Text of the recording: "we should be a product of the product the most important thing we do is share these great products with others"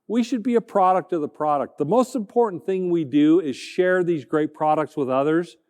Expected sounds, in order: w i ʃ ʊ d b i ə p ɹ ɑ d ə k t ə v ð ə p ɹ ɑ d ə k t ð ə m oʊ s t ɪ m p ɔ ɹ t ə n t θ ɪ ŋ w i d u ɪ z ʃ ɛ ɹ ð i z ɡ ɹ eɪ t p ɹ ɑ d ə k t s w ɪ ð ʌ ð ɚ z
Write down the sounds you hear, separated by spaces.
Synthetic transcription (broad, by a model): w i ʃ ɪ d b i ə p ɹ ɑ d ə k t ə v ð ə p ɹ ɑ d ə k t ð ə m oʊ s t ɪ m p ɔ ɹ t n θ ɪ ŋ w i d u ɪ z ʃ ɛ ɹ ð i z ɡ ɹ eɪ t p ɹ ɑ d ə k t s w ɪ ð ʌ ð ɚ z